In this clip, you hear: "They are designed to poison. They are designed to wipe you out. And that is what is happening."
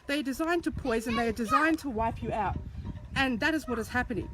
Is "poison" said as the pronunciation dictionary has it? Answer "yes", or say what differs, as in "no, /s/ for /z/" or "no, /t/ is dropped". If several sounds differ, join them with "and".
yes